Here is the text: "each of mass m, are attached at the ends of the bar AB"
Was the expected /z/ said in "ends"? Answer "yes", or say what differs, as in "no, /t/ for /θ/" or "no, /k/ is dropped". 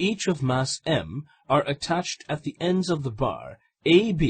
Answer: yes